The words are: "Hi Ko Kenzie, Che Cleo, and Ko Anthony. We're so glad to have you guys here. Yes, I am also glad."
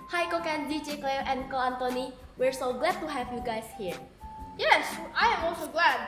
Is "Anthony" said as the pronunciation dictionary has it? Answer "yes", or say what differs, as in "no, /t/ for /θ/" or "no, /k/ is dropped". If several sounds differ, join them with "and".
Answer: no, /t/ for /θ/